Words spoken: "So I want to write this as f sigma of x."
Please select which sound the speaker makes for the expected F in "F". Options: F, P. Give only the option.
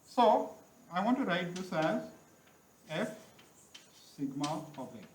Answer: F